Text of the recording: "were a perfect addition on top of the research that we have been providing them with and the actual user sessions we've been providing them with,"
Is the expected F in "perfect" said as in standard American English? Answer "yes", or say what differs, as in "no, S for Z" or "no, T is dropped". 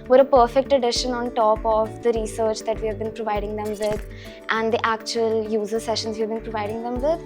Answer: yes